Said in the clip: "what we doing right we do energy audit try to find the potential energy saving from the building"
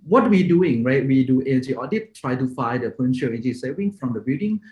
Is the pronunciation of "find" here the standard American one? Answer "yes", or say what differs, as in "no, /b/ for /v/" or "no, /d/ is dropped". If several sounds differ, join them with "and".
no, /n/ is dropped